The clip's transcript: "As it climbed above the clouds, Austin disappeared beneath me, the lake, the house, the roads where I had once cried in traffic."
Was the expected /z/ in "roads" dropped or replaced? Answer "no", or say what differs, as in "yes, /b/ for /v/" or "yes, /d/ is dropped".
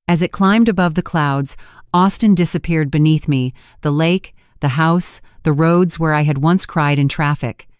no